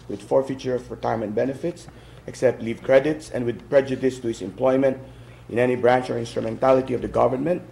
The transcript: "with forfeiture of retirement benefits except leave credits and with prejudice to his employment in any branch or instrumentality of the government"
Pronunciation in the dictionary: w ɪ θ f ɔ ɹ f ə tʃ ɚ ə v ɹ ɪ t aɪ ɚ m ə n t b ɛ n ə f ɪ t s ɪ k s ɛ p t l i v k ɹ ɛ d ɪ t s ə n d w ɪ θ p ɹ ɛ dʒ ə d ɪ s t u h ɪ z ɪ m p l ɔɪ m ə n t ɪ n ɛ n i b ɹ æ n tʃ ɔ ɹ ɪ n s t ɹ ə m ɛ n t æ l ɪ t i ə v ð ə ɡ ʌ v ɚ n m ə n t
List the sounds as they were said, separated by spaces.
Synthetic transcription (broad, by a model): w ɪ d f ɔ ɹ f ə tʃ ɚ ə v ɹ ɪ t aɪ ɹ m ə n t b ɛ n ə f ɪ t s ɪ k s ɛ p t l i v k ɹ ɛ d ɪ t s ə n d w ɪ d p ɹ ɛ dʒ ə d ɪ s t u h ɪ s ɪ m p l ɔɪ m ə n t ɪ n ɛ n i b ɹ æ n tʃ ɔ ɹ ɪ n s t ɹ ə m ɛ n t æ l ɪ t i ə v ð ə ɡ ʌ v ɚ n m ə n t